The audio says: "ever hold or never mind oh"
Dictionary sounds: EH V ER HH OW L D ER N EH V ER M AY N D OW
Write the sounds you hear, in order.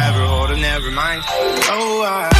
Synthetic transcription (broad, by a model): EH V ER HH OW D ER N EH V ER M AY N D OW